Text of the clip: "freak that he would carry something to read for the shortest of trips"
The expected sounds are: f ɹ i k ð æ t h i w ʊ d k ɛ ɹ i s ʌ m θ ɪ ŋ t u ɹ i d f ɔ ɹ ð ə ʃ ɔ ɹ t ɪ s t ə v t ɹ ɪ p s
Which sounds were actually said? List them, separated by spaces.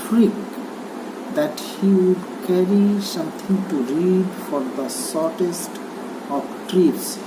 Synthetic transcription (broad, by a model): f ɹ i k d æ t h i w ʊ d k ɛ ɹ i s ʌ m t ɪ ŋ t u ɹ i d f ɔ ɹ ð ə s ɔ ɹ t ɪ s t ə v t ɹ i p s